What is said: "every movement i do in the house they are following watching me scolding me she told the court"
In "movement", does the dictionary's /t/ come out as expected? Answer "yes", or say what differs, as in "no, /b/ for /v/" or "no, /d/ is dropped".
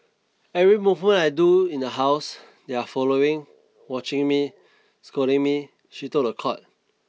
no, /t/ is dropped